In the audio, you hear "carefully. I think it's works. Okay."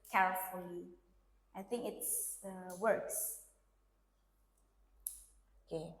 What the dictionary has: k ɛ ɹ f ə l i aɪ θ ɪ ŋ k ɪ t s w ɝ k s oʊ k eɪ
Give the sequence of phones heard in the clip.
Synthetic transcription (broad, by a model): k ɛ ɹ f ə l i aɪ θ ɪ ŋ k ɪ t s w ɝ k s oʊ k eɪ